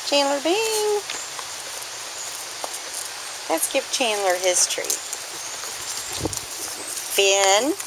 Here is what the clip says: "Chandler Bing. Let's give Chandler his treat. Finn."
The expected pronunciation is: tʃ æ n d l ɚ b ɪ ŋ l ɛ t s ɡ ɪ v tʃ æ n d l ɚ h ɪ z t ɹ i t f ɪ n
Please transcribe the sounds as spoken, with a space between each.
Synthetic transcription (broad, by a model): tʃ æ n l ɚ b ɪ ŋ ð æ t s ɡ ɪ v tʃ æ n l ɚ h ɪ s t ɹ i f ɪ n